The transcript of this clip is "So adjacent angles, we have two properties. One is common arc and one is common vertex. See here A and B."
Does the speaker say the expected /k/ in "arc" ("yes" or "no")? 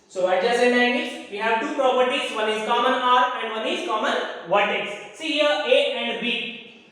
no